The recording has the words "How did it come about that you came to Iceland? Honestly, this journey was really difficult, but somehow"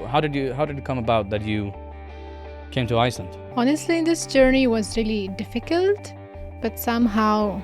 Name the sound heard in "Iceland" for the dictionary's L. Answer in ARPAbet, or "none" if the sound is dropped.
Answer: none